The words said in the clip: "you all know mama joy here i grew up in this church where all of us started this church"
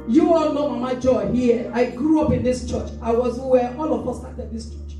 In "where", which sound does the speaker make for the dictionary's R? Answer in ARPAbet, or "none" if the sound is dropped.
W